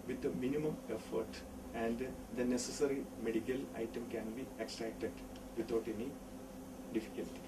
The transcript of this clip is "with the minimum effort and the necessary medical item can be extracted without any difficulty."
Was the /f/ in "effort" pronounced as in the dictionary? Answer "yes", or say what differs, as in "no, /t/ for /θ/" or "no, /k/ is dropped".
yes